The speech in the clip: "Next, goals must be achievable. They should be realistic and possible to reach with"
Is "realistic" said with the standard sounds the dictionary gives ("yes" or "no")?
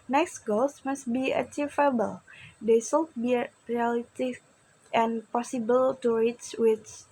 no